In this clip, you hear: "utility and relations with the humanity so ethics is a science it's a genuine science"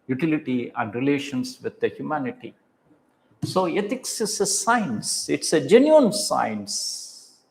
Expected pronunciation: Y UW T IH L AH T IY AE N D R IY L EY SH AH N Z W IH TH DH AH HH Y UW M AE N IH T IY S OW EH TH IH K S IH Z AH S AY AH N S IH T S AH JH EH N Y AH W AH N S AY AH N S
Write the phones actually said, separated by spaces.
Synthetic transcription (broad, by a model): Y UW T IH L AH T IY AE N D R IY L EY SH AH N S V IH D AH HH Y UW M AE N IH T IY S OW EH T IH K S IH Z AH S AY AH N S IH T S AH JH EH N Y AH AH N S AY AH N S